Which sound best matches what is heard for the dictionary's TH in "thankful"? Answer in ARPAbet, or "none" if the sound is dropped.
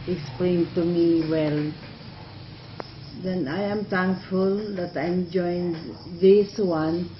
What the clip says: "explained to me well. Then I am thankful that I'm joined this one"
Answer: T